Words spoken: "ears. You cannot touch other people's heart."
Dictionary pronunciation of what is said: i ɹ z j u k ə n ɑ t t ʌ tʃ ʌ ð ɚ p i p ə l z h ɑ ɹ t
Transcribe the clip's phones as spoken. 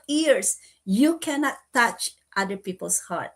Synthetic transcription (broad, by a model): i ɹ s j u k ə n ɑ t t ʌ tʃ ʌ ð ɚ p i p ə l s h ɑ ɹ t